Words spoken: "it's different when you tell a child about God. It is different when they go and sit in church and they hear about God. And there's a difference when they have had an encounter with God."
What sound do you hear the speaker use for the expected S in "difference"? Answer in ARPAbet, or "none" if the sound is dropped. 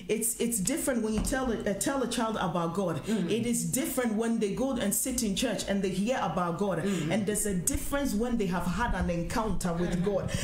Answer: S